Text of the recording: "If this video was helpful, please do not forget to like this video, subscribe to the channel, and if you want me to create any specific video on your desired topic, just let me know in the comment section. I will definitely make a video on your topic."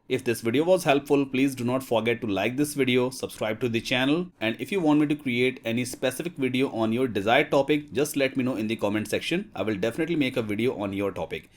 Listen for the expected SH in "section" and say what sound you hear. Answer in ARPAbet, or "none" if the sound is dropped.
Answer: SH